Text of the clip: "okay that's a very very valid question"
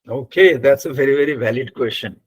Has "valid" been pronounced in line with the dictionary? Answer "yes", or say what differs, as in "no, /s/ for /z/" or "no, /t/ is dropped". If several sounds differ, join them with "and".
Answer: yes